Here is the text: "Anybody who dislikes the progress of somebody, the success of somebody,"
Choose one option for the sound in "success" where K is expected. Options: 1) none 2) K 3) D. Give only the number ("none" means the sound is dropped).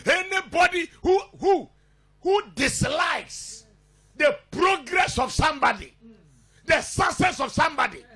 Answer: 1